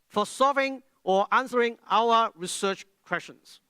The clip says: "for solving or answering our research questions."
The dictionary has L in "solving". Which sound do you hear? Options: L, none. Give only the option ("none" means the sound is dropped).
none